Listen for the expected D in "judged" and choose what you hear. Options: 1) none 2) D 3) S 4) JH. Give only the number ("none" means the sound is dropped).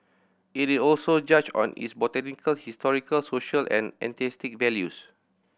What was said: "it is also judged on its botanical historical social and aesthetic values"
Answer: 1